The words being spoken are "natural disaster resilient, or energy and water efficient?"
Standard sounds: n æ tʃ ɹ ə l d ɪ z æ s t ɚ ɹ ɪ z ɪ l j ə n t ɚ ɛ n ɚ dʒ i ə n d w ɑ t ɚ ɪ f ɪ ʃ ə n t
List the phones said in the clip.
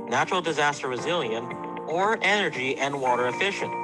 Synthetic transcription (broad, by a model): n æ tʃ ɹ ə l d ɪ z æ s t ɚ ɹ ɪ z ɪ l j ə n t ɚ ɛ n ɚ dʒ i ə n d w ɑ t ɚ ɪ f ɪ ʃ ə n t